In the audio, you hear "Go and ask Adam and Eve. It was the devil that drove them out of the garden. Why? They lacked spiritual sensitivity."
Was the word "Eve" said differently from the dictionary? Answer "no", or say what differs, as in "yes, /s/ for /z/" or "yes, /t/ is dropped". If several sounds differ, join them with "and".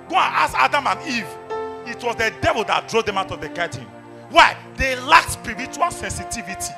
no